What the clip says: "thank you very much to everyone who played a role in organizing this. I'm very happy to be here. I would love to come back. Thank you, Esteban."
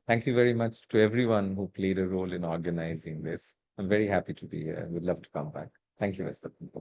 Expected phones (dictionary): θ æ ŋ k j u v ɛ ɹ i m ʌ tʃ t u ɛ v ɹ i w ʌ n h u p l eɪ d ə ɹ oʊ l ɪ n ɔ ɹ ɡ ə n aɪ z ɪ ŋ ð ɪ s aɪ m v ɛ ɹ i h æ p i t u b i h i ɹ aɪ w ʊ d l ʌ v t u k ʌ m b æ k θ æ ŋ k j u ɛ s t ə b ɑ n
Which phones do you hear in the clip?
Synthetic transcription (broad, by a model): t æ ŋ k j u v ɛ ɹ i m ʌ tʃ t u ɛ v ɹ i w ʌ n h u p l eɪ d ə ɹ oʊ l ɪ n ɔ ɹ ɡ ə n aɪ z ɪ ŋ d ɪ s aɪ m v ɛ ɹ i h æ p i t u b i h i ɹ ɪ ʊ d l ʌ v t u k ʌ m b æ k t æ ŋ k j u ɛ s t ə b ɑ